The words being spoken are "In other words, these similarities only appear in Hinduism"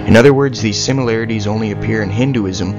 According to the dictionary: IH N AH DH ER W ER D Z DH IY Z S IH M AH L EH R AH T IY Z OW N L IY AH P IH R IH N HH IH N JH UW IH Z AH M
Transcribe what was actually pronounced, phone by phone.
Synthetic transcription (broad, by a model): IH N AH DH ER W ER D Z DH IY Z S IH M AH L EH R AH T IY Z OW N L IY AH P IH R IH N HH IH N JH UW IH Z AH M